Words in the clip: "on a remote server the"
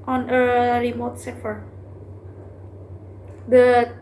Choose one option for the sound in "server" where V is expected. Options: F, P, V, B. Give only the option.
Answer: F